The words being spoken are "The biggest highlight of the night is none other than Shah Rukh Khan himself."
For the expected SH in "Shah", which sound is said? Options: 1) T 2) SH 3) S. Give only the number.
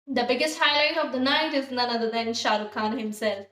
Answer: 2